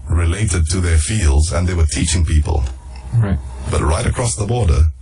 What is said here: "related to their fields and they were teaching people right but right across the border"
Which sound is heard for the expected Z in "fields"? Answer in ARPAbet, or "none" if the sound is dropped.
Z